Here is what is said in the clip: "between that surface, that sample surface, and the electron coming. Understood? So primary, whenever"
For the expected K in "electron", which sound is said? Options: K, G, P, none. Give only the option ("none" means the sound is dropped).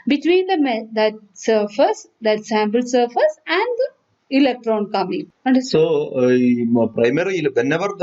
K